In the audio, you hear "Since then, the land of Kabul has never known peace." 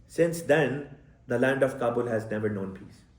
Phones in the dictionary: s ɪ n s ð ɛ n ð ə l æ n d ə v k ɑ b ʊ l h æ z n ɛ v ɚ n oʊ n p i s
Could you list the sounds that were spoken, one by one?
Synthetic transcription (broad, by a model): s ɪ n s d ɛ n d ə l æ n d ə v k ɑ b ʊ l h æ z n ɛ v ɚ n oʊ n p i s